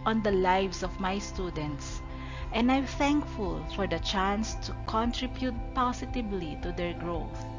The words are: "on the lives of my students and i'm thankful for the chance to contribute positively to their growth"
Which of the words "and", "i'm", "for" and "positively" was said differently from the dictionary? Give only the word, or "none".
positively